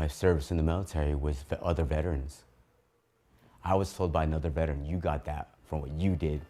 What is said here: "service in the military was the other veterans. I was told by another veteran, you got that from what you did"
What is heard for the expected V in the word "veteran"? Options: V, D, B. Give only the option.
V